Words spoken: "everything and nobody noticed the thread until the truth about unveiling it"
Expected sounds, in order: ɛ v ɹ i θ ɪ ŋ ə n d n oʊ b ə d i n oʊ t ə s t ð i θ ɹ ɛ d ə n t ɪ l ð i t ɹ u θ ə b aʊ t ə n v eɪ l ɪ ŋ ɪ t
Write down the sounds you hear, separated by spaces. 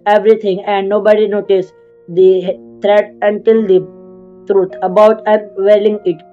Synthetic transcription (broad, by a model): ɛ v ɹ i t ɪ ŋ ə n d n oʊ b ə d i n oʊ t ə s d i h ɹ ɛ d ə n t ɪ l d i t ɹ u t ə b aʊ t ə v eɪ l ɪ ŋ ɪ t